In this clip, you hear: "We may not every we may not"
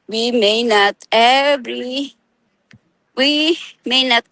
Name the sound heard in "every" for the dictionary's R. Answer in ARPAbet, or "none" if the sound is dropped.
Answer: L